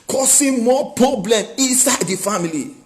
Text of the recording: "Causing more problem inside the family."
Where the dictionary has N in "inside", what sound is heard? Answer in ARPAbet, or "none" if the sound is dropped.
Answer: N